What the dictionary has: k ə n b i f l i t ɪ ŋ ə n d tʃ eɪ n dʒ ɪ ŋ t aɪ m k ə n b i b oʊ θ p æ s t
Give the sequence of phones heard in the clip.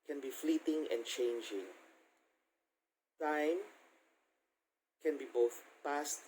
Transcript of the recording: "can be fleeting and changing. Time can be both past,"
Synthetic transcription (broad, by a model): k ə n b i f l i t ɪ ŋ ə n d tʃ eɪ n dʒ ɪ ŋ t aɪ m k ə n b i b oʊ θ p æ s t